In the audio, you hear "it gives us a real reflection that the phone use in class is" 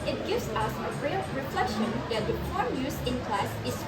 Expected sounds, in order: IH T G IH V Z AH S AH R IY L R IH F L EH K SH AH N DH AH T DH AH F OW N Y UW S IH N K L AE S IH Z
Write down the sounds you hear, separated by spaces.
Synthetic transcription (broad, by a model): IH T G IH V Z AH S AH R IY R IH F L EH K SH AH N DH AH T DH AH P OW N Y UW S IH N K L AE S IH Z